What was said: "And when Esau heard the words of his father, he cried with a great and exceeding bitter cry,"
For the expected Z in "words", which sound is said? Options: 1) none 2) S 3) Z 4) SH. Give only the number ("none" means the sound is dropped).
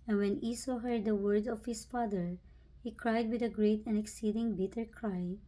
1